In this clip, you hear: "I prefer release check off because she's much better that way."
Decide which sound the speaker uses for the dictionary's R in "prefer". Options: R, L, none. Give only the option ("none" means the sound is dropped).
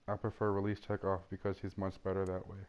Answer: none